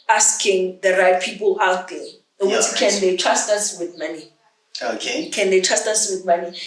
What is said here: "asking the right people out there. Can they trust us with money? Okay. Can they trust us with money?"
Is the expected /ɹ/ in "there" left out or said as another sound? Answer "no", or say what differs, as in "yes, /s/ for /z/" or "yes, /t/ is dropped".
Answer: yes, /w/ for /ɹ/